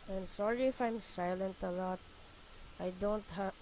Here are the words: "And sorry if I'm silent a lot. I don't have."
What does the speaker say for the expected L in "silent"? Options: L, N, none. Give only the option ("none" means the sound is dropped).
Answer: L